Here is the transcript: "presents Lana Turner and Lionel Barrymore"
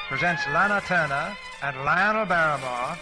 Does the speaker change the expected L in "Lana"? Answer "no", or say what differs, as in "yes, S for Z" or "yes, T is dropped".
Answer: no